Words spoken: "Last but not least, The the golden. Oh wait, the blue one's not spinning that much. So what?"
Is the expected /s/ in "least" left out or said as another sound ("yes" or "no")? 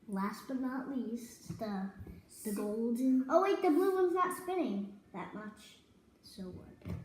no